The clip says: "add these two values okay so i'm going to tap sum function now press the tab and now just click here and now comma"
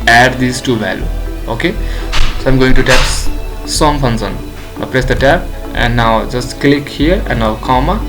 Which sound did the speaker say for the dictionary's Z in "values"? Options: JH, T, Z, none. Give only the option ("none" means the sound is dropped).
none